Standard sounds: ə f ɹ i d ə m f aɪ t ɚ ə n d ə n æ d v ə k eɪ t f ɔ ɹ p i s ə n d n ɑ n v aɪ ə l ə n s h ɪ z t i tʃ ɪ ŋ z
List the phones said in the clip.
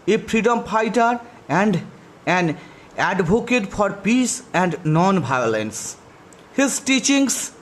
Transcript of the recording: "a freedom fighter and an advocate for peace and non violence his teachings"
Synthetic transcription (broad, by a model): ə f ɹ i d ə m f aɪ t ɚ ə n d ə n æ d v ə k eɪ t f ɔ ɹ p i s ə n d n ɑ n b aɪ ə l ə n s h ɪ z t i tʃ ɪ ŋ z